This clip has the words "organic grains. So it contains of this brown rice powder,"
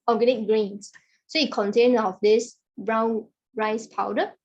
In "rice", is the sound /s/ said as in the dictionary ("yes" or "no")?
yes